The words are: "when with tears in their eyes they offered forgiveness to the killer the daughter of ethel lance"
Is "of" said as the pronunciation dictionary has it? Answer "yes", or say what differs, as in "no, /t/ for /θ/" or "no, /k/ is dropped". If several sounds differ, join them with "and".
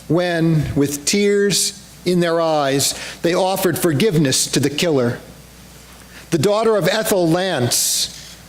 yes